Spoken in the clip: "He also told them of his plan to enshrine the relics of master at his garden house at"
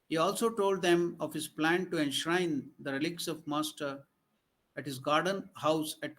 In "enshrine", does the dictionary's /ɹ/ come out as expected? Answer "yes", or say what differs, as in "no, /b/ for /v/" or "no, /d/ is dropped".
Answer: yes